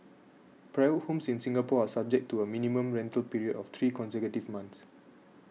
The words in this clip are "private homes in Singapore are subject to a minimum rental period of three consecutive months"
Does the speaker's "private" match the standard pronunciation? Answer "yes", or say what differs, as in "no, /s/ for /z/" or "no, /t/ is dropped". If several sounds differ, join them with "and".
no, /v/ is dropped